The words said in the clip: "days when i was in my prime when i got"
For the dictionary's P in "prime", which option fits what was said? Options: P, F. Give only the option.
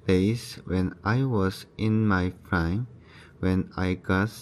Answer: F